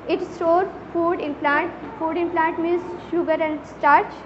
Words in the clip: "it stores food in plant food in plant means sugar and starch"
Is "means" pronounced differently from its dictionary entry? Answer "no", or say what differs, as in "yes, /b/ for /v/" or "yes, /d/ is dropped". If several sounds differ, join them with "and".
yes, /n/ is dropped